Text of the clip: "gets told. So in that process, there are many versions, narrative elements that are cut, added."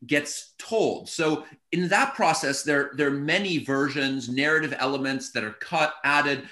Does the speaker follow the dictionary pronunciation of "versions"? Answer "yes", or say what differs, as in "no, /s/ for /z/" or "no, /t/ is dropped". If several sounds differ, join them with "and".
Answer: yes